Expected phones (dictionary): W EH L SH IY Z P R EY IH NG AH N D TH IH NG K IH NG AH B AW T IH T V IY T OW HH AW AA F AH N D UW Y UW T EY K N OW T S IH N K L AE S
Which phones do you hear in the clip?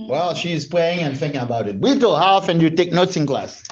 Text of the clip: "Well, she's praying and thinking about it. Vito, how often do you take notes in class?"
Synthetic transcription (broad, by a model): W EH L SH IY Z P L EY IH NG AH N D TH IH NG K IH NG AH B AW T IH T W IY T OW HH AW AA F AH N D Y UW T EY K N OW T S IH N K L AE S